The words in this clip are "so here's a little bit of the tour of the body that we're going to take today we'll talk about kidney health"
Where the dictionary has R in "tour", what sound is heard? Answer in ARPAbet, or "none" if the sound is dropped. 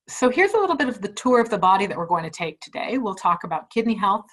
R